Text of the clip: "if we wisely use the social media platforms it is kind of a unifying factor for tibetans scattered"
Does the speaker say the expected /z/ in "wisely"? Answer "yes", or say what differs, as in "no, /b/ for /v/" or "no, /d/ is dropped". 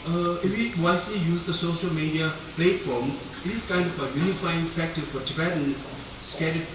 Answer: no, /s/ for /z/